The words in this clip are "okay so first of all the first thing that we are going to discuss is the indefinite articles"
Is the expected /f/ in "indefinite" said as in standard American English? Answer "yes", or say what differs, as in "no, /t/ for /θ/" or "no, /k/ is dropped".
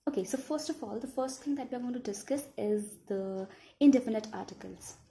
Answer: no, /p/ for /f/